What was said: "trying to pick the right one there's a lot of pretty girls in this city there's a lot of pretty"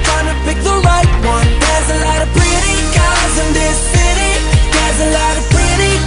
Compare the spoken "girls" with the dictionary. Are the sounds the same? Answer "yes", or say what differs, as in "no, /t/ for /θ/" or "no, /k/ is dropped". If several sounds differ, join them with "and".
no, /l/ is dropped